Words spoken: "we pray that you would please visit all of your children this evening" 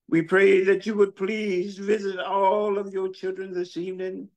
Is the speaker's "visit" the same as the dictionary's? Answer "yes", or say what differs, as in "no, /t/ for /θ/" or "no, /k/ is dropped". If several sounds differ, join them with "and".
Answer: yes